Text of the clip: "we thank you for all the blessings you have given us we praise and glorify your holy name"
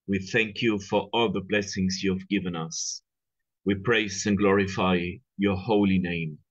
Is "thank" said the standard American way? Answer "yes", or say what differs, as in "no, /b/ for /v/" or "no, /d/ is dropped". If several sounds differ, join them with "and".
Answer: yes